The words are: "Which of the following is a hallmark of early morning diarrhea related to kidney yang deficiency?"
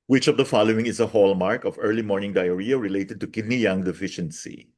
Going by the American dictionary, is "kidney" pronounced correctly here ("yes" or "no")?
yes